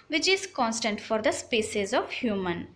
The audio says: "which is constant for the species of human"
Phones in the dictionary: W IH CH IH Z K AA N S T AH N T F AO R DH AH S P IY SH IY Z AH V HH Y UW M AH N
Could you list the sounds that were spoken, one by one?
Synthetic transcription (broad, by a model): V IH CH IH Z K AA N S T AH N T F AO R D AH S P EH S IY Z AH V HH Y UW M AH N